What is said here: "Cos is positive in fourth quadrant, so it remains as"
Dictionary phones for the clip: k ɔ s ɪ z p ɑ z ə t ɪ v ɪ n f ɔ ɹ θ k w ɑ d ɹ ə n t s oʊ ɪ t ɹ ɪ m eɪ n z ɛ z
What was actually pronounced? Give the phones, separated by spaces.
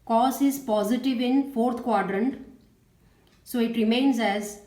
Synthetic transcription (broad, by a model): k ɔ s ɪ z p ɑ z ə t ɪ v ɪ n f ɔ ɹ t k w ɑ d ɹ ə n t s oʊ ɪ t ɹ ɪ m eɪ n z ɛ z